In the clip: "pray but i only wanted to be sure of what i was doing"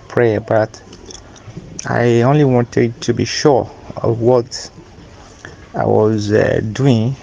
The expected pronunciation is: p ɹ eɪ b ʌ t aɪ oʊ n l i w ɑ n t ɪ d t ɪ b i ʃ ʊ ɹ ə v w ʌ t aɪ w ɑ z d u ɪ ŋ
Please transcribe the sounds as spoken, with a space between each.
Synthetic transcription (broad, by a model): p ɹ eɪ b ʌ t aɪ oʊ n l i w ɑ n t ɪ d t ɪ b i ʃ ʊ ɹ ə v w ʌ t aɪ w ɑ z d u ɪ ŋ